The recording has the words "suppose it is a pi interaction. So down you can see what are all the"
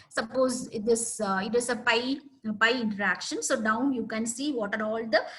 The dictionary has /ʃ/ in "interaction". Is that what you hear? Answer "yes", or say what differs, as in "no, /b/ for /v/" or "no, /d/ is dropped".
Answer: yes